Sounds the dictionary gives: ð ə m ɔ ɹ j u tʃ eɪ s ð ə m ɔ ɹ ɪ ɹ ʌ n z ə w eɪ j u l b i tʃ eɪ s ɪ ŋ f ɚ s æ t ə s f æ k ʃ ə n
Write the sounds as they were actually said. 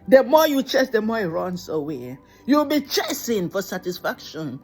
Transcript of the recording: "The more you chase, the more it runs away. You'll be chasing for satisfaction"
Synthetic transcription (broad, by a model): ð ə m ɔ j u tʃ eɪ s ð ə m ɔ ɪ ɹ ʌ n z ə w eɪ j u w b i tʃ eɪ s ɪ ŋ f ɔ s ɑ t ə s f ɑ k ʃ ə n